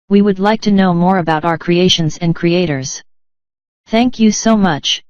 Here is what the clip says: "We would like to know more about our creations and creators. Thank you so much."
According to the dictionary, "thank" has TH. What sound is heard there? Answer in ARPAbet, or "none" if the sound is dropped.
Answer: TH